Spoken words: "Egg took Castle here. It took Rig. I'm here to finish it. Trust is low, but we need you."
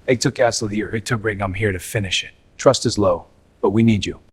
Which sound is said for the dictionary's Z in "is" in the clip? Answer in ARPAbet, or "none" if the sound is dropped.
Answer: Z